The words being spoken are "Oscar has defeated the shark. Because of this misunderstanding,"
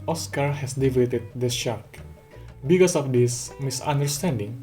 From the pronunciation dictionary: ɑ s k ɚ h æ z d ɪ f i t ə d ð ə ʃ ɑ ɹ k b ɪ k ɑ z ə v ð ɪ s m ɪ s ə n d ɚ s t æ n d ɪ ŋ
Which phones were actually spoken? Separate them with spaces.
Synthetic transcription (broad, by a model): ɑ s k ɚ h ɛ s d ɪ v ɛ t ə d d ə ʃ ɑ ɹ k b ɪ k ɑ s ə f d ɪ s m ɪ s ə n d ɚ s t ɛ n d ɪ ŋ